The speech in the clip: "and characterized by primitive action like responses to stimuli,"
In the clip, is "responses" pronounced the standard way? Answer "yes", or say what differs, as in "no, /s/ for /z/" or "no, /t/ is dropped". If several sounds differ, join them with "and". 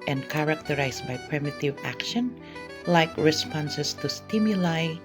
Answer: no, /s/ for /z/